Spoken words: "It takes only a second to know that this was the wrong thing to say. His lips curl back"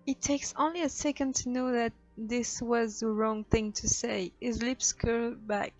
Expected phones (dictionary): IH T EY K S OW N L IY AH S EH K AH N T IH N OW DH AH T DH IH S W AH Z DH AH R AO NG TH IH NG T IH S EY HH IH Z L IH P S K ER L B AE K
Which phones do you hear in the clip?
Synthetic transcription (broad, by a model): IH T EY K S OW N L IY AH S EH K AH N T IH N OW DH AH T DH IH S W AH Z DH AH R AO NG TH IH NG T IH S EY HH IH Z L IH P S K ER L B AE K